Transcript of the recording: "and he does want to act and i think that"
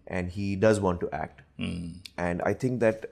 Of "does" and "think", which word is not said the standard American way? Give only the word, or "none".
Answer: think